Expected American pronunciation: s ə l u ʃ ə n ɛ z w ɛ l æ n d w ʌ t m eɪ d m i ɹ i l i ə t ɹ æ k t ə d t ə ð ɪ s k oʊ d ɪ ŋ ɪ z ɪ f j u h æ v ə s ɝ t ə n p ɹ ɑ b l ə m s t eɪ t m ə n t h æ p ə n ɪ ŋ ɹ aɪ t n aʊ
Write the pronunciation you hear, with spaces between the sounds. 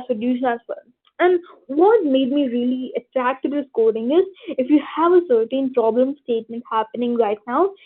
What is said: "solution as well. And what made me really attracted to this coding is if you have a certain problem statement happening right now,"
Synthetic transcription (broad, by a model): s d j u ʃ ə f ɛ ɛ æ n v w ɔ t m eɪ d m i ɹ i l i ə t ɹ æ k t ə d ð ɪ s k oʊ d ɪ ŋ ɪ z ɪ f j u h æ v ə s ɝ t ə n p ɹ ɑ b l ə m s t eɪ t m ə n t h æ p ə n ɪ ŋ ɹ aɪ t n aʊ